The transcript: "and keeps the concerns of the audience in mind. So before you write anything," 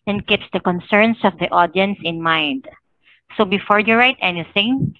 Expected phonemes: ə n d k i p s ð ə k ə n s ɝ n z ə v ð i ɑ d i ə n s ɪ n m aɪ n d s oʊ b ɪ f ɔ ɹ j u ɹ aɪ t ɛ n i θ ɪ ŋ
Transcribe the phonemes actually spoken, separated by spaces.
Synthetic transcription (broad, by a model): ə n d k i p s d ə k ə n s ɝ n s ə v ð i ɑ d i ə n s ɪ n m aɪ n d s oʊ b ɪ f ɔ ɹ j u ɹ aɪ t ɛ n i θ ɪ ŋ